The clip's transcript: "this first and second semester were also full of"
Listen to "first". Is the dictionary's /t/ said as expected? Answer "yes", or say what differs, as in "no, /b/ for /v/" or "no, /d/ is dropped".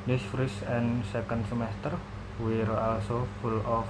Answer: no, /t/ is dropped